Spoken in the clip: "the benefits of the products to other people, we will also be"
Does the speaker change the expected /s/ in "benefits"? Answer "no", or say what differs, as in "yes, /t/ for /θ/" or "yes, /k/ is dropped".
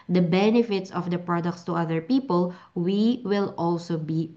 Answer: no